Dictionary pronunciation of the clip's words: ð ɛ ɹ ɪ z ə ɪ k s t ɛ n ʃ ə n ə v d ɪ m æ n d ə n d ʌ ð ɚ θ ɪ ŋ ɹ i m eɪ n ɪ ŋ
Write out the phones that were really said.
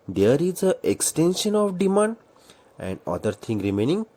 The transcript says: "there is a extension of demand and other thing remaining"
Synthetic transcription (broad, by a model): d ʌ ɹ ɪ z ə ɪ k s t ɛ n ʃ ə n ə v d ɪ m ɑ n d ə n d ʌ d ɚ t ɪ ŋ ɹ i m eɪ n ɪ ŋ